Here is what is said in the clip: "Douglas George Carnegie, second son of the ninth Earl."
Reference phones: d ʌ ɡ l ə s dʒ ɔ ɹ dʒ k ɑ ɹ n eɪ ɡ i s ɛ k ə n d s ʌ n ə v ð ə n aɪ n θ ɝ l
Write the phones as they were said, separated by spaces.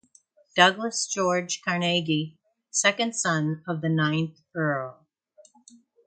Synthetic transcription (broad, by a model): d ʌ ɡ l ə s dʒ ɔ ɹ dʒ k ɑ ɹ n eɪ ɡ i s ɛ k ə n d s ʌ n ə v ð ə n aɪ n θ ɝ l